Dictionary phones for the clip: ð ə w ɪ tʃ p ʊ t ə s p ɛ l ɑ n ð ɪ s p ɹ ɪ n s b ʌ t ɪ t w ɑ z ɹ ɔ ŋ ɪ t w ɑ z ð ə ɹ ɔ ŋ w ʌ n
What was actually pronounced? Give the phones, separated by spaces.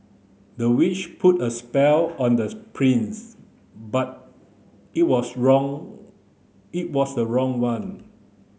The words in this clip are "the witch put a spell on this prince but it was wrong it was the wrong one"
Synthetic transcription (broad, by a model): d ə w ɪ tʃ p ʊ t ə s p ɛ l ɑ n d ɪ p ɹ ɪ n s b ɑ t ɪ t w ɑ s ɹ ɔ ŋ ɪ t w ɑ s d ə ɹ ɔ ŋ w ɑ n